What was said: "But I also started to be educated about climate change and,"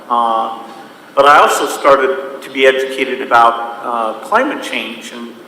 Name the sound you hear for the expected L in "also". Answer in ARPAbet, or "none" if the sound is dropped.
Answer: L